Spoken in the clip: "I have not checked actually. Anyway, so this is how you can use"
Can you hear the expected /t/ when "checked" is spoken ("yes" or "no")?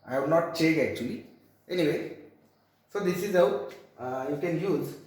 no